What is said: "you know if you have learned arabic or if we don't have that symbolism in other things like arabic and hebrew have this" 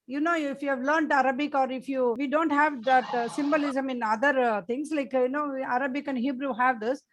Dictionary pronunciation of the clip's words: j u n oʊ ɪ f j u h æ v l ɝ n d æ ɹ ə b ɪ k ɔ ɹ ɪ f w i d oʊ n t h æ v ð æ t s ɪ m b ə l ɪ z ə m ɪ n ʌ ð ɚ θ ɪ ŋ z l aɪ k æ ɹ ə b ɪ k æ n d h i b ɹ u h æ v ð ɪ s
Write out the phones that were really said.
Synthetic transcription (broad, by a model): j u n oʊ ɪ f j u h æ v l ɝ n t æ ɹ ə b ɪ k ɔ ɹ ɪ f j i d oʊ n t h æ v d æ t s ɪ m b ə l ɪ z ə m ɪ n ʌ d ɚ t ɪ ŋ s l aɪ k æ ɹ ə b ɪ k æ n d h i b ɹ u h æ v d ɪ s